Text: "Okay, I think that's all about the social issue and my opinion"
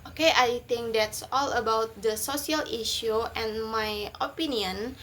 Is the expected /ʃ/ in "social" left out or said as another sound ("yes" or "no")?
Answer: yes